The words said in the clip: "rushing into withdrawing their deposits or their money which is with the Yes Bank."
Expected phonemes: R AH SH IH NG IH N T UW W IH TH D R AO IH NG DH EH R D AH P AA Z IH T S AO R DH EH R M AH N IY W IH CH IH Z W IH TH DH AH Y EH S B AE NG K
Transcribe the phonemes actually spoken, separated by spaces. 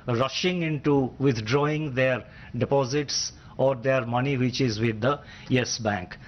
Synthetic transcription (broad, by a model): R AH SH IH NG IH N T UW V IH T D R AO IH NG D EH R D AH P AA Z IH T S AO R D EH R M AH N IY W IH CH IH Z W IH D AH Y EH S B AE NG K